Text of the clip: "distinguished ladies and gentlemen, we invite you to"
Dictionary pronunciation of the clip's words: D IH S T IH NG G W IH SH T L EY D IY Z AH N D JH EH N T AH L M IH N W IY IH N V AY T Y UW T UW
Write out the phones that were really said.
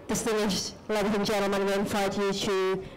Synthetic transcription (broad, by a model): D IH S T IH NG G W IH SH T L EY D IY AH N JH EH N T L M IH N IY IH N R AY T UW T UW